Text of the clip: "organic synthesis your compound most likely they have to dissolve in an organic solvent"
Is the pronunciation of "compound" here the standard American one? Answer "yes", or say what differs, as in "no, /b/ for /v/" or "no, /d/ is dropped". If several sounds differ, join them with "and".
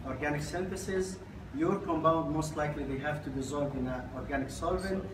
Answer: no, /b/ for /p/